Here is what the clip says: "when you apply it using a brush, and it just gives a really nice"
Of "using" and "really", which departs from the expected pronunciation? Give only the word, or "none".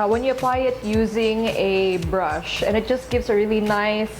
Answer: none